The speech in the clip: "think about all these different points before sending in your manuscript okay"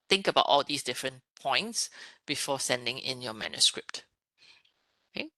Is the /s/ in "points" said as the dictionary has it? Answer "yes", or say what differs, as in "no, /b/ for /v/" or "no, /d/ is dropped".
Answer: yes